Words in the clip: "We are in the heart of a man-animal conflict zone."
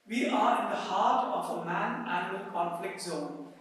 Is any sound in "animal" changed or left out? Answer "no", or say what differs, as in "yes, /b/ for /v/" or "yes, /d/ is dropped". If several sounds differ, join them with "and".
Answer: yes, /m/ is dropped